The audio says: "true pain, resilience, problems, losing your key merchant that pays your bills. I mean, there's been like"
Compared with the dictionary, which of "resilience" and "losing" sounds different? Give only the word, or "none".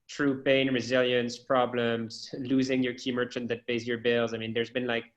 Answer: none